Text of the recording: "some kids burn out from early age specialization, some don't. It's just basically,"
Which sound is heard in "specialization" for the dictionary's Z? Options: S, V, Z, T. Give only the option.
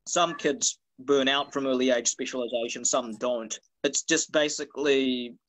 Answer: Z